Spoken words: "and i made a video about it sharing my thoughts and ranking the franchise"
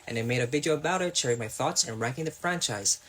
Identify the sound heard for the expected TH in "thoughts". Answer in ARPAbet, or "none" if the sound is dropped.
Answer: TH